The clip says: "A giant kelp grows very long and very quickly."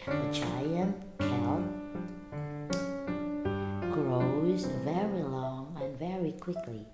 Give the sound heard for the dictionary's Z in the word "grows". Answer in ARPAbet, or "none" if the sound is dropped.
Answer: Z